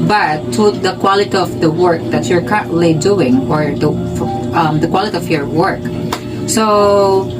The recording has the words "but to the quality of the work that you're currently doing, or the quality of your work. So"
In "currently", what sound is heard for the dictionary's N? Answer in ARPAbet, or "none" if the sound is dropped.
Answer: none